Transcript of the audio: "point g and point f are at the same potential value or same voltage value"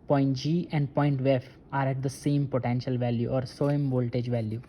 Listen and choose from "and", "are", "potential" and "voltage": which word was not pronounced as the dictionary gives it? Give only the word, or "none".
none